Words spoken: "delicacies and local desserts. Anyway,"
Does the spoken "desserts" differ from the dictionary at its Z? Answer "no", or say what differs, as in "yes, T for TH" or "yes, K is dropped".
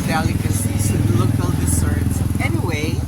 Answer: yes, S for Z